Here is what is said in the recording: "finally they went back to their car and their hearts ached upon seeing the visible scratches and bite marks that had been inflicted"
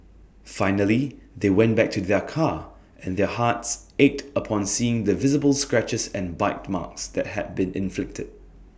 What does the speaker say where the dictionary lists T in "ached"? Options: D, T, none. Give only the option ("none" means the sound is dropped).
T